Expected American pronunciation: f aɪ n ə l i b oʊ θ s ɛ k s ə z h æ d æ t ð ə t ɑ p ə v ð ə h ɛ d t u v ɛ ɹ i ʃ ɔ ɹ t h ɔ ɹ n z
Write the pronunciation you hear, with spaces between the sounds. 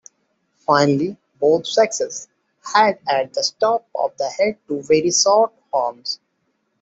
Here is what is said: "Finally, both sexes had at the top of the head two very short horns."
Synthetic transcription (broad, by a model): f aɪ n ə l i b oʊ t s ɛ k s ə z h æ d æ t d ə t ɑ p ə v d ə h ɛ d t u v ɛ ɹ i s ɔ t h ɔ ɹ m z